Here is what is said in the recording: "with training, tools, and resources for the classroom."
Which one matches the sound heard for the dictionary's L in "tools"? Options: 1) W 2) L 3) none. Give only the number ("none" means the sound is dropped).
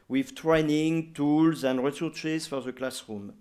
2